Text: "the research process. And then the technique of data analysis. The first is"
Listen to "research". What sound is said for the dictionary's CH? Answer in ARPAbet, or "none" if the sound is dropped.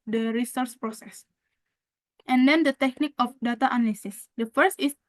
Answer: S